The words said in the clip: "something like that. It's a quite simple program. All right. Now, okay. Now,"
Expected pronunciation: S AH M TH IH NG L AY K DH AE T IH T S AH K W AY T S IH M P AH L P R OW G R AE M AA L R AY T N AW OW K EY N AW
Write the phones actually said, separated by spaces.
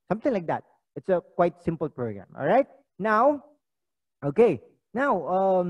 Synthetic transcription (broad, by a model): S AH M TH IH NG L AY K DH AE T IH T S AH K W AY T S IH M P AH L P R OW G R AE M AA L R AY T N AW OW K EY N AW